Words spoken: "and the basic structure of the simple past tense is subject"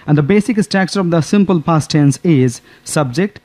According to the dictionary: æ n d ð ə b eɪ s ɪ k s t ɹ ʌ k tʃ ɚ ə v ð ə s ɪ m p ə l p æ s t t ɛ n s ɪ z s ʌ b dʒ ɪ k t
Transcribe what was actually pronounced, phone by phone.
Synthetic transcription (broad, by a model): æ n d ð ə b eɪ s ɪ k s t æ k s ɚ ə v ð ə s ɪ m p ə l p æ s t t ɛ n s ɪ z s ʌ b dʒ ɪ k t